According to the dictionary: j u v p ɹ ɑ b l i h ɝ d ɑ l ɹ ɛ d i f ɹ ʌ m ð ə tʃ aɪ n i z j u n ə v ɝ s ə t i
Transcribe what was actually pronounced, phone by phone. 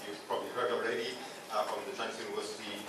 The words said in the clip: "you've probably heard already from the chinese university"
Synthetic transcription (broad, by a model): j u p ɹ ɑ b l i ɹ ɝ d ɑ l ɹ ɛ d i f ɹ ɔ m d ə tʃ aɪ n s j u n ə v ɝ s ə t i